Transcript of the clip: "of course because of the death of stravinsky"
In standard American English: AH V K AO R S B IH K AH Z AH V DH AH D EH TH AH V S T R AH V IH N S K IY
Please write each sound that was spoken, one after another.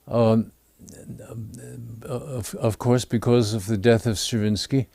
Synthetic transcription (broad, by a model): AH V K AO R S B IH K AH Z AH V DH AH D EH TH AH V S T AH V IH N S K IY